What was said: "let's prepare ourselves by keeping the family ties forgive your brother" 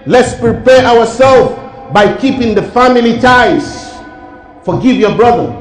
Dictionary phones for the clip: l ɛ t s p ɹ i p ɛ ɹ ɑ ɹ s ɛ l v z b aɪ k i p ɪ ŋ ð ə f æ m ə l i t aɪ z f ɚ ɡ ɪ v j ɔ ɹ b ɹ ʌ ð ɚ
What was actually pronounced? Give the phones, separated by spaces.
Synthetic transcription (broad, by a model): l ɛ t s p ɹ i p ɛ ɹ ɑ w s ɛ l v b aɪ k i p ɪ ŋ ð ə f æ m ə l i t aɪ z f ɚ ɡ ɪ v j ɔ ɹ b ɹ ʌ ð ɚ